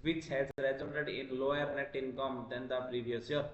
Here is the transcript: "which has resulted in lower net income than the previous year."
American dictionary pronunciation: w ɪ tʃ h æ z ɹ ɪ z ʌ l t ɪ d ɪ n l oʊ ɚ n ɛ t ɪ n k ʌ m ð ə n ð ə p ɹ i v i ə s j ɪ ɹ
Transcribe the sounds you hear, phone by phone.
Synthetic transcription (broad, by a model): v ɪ tʃ h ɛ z ɹ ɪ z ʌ n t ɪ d ɪ n l oʊ ɚ n ɛ t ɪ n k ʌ m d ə n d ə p ɹ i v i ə s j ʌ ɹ